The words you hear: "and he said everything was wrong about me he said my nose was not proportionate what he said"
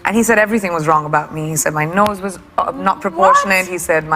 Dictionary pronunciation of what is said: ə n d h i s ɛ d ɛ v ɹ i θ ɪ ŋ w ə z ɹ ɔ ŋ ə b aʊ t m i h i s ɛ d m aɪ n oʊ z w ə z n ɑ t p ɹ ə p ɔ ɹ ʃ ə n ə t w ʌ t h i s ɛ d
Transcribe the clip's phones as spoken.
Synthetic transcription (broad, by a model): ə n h i s ɛ d ɛ v ɹ i θ ɪ ŋ w ə z ɹ ɔ ŋ ə b aʊ t m i h i s ɛ d m aɪ n oʊ z w ə z n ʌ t p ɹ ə p ɔ ɹ ʃ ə n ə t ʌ t h i s ɛ d